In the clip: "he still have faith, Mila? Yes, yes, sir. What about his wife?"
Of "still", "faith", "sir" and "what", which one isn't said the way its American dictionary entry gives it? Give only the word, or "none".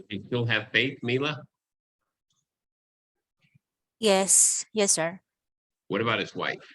none